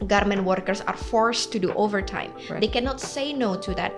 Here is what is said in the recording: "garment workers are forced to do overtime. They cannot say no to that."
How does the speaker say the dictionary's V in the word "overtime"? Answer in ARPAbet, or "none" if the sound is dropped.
V